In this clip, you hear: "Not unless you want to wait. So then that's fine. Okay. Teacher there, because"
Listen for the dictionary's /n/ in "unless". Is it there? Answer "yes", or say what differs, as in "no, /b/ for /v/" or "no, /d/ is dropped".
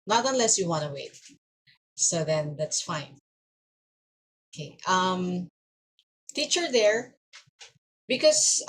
yes